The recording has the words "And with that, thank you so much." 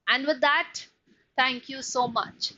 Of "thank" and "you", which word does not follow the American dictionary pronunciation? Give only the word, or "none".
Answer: thank